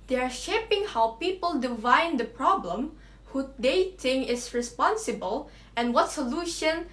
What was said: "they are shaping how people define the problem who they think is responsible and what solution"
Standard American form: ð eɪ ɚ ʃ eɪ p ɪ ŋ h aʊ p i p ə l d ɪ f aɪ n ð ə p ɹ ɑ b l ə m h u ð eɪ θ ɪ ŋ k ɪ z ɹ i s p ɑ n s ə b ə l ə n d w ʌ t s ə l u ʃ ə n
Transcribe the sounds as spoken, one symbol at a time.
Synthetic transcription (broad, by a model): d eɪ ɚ ʃ eɪ p ɪ ŋ h aʊ p i p ə l d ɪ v aɪ n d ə p ɹ ɑ b l ə m h u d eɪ t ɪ ŋ ɪ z ɹ i s p ɑ n s ə b ə l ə n w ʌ t s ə l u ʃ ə n